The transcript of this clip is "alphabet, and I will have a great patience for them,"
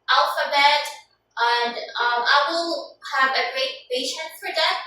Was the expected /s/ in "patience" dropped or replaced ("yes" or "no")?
yes